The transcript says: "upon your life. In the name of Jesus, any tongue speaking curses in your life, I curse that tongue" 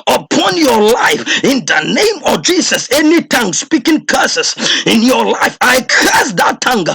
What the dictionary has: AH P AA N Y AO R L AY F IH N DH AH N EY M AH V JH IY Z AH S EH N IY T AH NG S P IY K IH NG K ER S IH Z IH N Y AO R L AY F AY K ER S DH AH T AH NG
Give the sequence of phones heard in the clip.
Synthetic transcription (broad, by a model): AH P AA N Y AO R L AY F IH N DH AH N EY M AH V JH IY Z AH S EH N IY T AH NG S P IY K IH NG K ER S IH S IH N Y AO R L AY F AY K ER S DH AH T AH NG